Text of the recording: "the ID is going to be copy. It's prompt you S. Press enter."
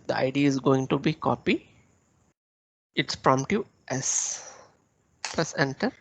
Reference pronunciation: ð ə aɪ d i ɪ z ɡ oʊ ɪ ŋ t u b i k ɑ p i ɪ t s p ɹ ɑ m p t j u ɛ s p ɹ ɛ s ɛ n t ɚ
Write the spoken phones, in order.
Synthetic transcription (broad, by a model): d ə aɪ d i ɪ z ɡ oʊ ɪ ŋ t u b i k ɑ p i ɪ t s p ɹ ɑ m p t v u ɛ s p l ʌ s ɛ n t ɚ